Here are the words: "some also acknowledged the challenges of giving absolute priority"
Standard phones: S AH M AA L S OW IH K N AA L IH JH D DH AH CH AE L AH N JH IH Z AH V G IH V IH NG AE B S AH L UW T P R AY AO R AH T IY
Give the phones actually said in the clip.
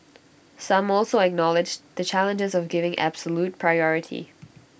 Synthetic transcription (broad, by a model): S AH M AA L S OW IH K N AA L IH JH DH AH CH AE L AH N JH IH Z AH V G IH V IH NG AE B S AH L UW T P R AY AO R AH T IY